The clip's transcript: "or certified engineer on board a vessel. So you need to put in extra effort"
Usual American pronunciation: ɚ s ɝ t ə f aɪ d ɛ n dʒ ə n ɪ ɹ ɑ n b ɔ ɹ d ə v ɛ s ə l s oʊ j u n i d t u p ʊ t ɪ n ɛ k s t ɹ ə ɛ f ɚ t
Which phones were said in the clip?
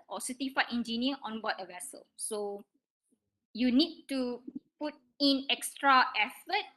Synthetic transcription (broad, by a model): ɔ s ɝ t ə f aɪ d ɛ n dʒ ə n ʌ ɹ ɑ n b ɔ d ə v ɛ s ə l s oʊ j u n i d t u p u t ɪ n ɛ k s t ɹ ə ɛ f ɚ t